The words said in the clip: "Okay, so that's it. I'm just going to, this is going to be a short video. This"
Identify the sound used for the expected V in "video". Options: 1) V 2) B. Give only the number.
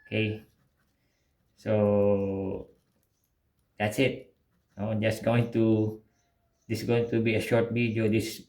2